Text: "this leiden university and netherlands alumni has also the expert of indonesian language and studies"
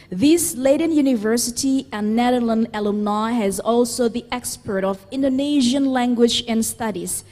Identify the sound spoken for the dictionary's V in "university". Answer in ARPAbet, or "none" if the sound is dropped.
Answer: V